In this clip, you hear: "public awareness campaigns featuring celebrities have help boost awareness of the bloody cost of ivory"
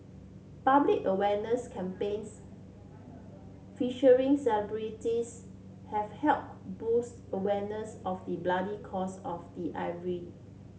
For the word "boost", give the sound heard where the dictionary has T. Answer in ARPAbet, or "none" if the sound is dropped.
T